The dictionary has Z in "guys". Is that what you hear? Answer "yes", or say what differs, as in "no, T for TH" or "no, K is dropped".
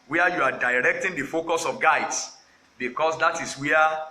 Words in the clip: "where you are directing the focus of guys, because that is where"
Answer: no, S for Z